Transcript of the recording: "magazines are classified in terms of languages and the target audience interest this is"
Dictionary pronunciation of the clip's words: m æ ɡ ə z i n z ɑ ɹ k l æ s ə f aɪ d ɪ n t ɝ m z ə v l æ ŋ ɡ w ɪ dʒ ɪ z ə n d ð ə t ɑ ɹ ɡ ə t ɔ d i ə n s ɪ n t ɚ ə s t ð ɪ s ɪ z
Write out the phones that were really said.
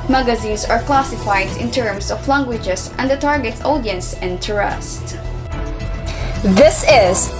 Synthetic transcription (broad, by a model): m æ ɡ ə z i n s ɑ ɹ k l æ s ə f aɪ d ɪ n t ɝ m s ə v l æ ŋ ɡ w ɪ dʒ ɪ s ə n d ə t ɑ ɹ ɡ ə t ɔ d i ə n s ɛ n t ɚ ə s t ð ɪ s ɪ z